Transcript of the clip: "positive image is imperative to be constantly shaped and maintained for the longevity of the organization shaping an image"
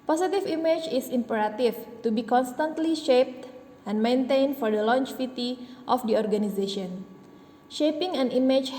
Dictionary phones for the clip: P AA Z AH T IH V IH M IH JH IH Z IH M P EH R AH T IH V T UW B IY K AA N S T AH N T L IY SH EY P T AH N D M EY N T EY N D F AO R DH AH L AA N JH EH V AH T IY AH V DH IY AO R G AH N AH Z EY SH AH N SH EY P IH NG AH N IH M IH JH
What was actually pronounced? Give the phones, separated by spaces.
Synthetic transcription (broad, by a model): P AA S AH T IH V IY M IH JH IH S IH M P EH R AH T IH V T UW B IY K AA N S T AH N T L IY SH EY P T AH N M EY N T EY N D F AO R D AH L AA N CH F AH T IY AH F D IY AO R G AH N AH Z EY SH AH N SH EY P IH NG AH N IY M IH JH